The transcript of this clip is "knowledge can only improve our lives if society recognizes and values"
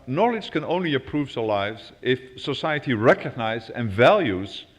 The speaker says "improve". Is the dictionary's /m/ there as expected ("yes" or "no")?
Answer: no